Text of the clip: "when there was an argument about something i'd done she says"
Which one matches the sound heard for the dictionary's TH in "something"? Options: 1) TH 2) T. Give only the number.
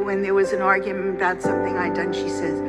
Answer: 1